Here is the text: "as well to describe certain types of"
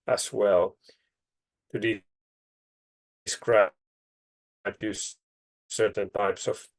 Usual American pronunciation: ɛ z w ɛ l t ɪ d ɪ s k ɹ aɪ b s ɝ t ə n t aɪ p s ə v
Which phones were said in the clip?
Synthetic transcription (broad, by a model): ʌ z w ɛ l t ɪ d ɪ s k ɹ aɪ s s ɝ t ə n t aɪ p s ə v